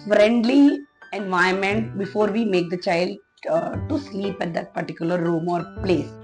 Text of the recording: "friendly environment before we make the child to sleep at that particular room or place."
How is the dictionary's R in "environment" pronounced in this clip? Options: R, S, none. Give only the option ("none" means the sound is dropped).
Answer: none